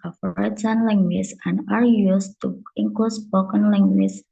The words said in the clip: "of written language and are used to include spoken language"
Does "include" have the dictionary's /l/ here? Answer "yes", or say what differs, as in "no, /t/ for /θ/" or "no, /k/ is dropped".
no, /l/ is dropped